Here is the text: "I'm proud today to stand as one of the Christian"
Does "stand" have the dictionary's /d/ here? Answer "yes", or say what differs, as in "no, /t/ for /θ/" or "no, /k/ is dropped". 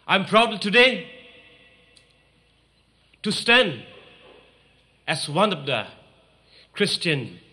yes